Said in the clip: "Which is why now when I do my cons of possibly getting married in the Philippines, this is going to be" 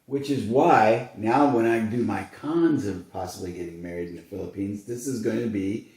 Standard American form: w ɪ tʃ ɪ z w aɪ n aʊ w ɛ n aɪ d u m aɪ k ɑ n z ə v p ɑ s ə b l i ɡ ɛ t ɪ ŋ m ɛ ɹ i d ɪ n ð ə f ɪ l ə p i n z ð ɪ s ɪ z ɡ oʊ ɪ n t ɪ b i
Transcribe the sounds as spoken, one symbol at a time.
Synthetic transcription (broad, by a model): w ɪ tʃ ɪ z w aɪ n aʊ w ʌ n aɪ d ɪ m aɪ k ɑ n z ə v p ɑ s ə b l i ɡ ɛ t ɪ ŋ m ɛ ɹ i d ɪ n ð ə f ɪ l ə p i n z ð ɪ s ɪ z ɡ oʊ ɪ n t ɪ b i